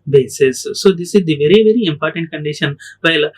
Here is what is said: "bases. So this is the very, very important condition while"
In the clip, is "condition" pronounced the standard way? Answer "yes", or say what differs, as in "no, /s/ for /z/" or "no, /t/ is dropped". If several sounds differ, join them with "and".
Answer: yes